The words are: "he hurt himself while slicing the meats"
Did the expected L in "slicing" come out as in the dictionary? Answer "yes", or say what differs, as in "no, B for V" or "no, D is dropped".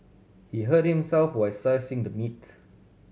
no, L is dropped